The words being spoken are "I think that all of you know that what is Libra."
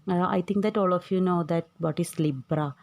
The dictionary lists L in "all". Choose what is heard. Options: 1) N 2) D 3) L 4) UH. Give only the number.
3